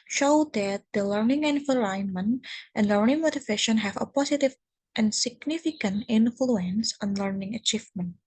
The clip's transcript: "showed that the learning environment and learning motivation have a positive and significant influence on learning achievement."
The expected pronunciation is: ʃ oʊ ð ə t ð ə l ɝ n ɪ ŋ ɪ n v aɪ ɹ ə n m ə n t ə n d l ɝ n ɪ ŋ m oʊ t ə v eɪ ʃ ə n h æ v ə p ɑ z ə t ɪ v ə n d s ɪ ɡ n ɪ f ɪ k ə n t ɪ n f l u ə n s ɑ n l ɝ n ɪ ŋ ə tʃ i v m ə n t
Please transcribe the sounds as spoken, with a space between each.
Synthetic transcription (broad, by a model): ʃ oʊ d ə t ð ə l ɝ n ɪ ŋ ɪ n f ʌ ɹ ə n m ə n t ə n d l ɝ n ɪ ŋ m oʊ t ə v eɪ ʃ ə n h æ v ə p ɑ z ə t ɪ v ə n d s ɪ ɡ n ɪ f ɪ k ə n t ɪ n f l u ə n s ɑ n l ɝ n ɪ ŋ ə tʃ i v m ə n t